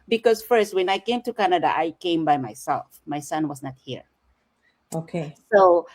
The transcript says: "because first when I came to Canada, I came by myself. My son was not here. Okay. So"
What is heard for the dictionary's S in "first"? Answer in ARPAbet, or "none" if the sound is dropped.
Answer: S